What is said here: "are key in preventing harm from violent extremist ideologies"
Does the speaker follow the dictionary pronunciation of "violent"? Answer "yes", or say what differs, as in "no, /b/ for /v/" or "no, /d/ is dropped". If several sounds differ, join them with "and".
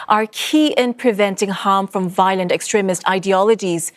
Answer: yes